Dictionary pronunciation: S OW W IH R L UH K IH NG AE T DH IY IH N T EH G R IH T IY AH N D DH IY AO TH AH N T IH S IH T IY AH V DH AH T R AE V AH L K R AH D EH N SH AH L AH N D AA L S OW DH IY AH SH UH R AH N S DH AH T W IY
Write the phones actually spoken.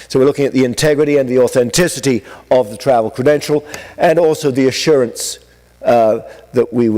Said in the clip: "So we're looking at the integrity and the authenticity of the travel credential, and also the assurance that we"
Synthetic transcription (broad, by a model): S OW W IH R L UH K IH NG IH T DH IY IH N T EH G R IH T IY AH N DH IY AO TH AH N T IH S IH T IY AH V DH AH T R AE V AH L K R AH D EH N SH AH L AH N AA L S OW DH IY AH SH UH R AH N S DH AH T W IY